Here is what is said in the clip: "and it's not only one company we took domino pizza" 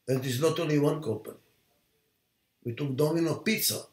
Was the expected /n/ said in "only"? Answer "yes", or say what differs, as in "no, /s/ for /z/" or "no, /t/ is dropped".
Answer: no, /n/ is dropped